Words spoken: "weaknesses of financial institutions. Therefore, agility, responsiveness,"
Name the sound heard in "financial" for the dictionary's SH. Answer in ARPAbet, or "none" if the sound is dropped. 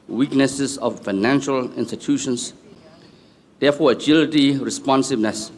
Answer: SH